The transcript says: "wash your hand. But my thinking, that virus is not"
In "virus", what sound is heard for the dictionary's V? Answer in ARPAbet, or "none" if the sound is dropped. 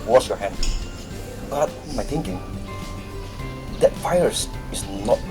F